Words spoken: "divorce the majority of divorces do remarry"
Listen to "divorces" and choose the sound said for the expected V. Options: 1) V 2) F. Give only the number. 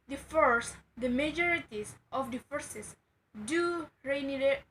2